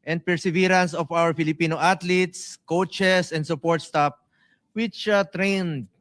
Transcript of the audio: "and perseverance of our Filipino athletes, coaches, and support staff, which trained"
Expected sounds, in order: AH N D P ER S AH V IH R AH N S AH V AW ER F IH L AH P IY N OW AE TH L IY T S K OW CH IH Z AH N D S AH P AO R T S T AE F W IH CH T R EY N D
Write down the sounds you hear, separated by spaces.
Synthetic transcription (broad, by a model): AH N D P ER S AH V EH R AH N S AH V AW ER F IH L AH P IY N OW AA T L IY T S K OW CH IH S AH N D S AH P AO R T S T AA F W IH CH T R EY N D